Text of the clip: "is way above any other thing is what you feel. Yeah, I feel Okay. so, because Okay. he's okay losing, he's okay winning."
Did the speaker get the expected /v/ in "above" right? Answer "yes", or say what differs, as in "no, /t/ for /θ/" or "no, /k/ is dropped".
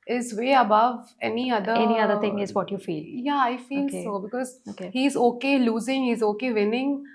yes